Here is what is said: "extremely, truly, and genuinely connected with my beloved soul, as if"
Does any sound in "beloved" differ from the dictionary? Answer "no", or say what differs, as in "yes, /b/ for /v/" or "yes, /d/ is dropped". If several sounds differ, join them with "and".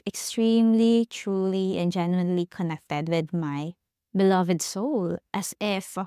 no